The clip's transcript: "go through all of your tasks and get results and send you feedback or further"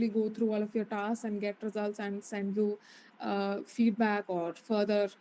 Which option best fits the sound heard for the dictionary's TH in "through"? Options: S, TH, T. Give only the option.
T